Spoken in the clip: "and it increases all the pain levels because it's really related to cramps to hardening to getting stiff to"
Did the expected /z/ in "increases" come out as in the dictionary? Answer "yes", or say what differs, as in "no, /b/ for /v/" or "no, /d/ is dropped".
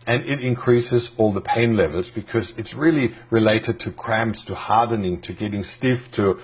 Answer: yes